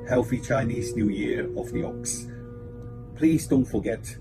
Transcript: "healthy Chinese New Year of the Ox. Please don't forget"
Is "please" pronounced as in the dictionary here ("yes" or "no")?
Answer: yes